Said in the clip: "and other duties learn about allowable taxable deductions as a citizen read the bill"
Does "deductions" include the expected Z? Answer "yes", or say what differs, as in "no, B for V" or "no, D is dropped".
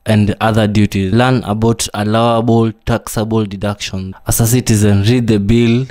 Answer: no, Z is dropped